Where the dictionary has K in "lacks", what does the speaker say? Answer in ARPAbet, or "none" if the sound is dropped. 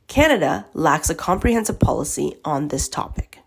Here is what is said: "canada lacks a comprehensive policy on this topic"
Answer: K